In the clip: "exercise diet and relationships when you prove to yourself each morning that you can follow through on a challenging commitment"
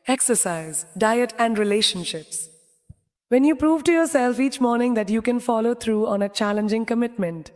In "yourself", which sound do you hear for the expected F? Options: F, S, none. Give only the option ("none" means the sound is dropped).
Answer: F